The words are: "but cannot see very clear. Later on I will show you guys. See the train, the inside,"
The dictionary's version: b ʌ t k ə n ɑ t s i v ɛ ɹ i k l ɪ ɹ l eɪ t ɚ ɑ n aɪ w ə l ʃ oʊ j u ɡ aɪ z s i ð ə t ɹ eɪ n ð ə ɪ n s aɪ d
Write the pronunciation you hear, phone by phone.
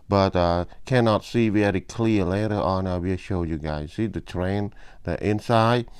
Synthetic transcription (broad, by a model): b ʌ t k ə n ɑ t s i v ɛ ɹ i k l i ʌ l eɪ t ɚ ɑ n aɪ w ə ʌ ʃ oʊ j u ɡ aɪ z s i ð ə t ɹ eɪ n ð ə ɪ n s aɪ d